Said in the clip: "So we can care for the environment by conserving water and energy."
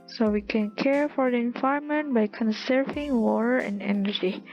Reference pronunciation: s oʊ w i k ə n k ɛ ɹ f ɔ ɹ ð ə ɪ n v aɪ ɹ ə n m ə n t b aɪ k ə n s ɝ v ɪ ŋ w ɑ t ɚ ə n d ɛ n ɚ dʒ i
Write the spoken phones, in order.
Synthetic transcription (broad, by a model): s oʊ w i k ə n k ɛ ɹ f ɔ ɹ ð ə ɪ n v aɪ ə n m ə n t b aɪ k ə n s ɝ v ɪ ŋ w ɑ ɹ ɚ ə n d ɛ n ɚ dʒ i